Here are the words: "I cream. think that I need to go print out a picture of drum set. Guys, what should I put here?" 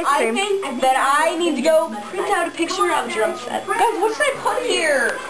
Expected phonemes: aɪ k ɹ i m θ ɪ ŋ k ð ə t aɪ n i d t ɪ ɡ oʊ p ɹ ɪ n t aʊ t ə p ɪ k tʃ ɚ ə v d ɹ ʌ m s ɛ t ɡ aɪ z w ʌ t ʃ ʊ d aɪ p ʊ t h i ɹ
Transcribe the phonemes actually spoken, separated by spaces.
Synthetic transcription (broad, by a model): aɪ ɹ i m θ ɪ ŋ k ð ə t aɪ n i d t ɪ ɡ oʊ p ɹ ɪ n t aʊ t ə p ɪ k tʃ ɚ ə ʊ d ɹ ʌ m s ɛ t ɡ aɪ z w ʌ t s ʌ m aɪ p ʊ t h i ɹ